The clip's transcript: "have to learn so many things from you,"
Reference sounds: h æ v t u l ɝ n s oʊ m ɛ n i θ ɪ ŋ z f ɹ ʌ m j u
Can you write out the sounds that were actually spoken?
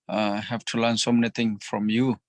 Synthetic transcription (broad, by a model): h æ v t u l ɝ n s oʊ m ɛ n i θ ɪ ŋ f ɹ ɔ m j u